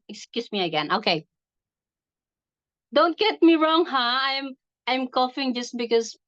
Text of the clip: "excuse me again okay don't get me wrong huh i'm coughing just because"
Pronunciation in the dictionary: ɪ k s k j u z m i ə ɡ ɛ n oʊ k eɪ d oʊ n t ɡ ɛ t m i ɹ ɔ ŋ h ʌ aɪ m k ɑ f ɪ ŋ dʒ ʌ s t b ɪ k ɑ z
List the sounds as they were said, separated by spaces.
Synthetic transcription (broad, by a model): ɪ k s k j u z m i ə ɡ ɛ n oʊ k eɪ d oʊ n t ɡ ɛ t m i ɹ ɔ ŋ h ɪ aɪ m k ɑ f ɪ ŋ dʒ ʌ s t b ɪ k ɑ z